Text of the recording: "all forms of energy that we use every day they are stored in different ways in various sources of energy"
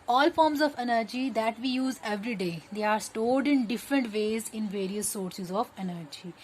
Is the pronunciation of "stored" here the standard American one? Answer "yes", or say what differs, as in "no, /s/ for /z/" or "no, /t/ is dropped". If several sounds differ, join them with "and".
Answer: no, /l/ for /ɹ/